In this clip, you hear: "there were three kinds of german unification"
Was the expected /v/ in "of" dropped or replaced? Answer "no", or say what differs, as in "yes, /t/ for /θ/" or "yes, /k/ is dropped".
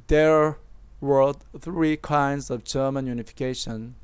no